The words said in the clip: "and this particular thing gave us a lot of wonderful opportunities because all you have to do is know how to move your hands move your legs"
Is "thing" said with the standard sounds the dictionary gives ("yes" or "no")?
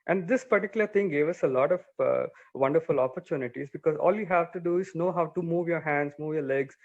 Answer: no